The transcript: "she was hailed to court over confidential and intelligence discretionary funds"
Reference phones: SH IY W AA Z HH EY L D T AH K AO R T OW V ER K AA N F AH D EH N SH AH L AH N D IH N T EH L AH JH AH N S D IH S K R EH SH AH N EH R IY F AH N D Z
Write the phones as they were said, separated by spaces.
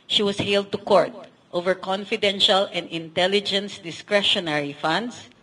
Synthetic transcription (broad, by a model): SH IY W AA S HH EY L D T AH K AO R T OW V ER K AA N F AH D EH N SH AH L AH N D IH N T EH L AH JH AH N S D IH S K R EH SH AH N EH R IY F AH N D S